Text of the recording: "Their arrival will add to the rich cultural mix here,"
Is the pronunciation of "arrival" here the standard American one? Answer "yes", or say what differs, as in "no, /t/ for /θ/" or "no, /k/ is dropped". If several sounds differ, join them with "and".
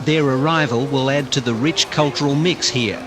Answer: yes